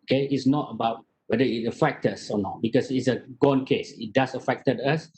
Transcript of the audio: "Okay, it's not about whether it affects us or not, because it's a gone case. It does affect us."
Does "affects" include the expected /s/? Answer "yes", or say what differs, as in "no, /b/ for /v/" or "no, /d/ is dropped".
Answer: no, /s/ is dropped